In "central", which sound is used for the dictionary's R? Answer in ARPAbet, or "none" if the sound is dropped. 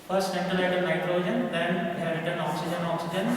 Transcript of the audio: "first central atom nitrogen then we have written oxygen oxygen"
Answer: none